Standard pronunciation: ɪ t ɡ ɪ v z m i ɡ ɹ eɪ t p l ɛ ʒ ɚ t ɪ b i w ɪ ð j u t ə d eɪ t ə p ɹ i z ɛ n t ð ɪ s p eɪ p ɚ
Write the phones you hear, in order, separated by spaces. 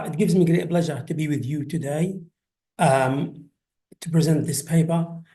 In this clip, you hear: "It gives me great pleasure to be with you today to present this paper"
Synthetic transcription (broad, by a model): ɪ t ɡ ɪ v z m i ɡ ɹ eɪ t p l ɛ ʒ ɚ t ɪ b i w ɪ ð j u t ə d eɪ t ə p ɹ i z ɛ n t ð ɪ s p eɪ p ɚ